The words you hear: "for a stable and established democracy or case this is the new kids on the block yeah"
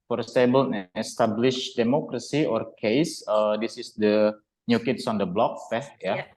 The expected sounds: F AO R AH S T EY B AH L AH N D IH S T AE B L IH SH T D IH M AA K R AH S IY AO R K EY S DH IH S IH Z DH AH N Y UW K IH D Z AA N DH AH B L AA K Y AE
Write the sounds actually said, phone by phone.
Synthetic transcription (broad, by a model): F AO R S T EY B AH L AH S T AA B L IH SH D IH M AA K R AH S IY AO R K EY S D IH S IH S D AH N Y UW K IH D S AA N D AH B L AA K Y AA